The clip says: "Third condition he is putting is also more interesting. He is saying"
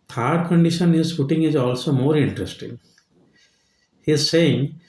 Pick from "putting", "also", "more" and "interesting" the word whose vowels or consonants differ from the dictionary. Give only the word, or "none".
putting